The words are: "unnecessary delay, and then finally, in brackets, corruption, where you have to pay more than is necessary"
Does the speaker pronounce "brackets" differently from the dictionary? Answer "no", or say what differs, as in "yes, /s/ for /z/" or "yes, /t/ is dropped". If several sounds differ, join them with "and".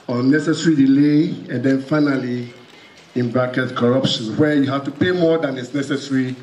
yes, /s/ is dropped